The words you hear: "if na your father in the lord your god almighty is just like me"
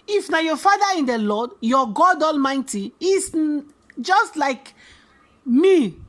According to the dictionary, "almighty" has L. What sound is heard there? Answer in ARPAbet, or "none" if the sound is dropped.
L